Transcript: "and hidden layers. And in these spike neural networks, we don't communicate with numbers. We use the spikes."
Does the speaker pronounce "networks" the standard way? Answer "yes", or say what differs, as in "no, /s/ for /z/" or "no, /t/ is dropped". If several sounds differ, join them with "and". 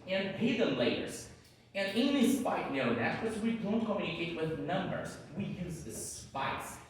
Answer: no, /k/ is dropped